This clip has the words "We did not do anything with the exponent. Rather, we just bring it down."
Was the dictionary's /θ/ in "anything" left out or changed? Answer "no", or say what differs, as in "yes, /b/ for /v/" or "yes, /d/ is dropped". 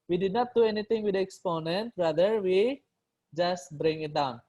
yes, /t/ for /θ/